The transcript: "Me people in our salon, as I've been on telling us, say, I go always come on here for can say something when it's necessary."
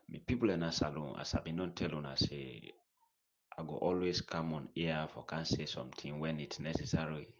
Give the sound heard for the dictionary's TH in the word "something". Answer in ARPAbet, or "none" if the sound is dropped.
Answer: T